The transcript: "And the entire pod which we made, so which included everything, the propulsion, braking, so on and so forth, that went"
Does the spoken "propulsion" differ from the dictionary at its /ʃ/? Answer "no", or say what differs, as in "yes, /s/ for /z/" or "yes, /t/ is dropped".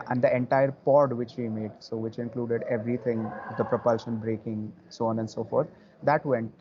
no